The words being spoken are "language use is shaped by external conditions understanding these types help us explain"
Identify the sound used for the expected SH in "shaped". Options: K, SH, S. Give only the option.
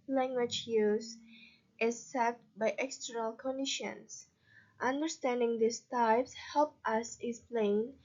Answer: S